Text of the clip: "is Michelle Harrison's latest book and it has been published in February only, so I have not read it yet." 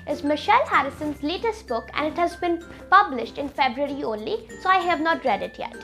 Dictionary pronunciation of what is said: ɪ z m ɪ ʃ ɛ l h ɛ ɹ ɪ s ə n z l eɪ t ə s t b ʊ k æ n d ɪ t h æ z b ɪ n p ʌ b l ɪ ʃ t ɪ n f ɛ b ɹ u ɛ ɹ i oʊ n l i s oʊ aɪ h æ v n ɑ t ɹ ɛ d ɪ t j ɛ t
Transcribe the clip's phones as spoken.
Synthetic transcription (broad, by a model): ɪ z m ɪ ʃ ɛ l h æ ɹ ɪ s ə n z l eɪ t ə s t b ʊ k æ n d ɪ t h æ z b ɪ n p ʌ b l ɪ ʃ t ɪ n f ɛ b ɹ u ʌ ɹ i oʊ n l i s oʊ aɪ h æ v n ɑ t ɹ ɛ d ɪ t j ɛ t